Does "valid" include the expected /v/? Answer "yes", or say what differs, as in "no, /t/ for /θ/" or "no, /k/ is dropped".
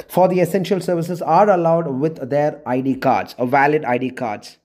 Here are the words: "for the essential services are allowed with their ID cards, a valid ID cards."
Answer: yes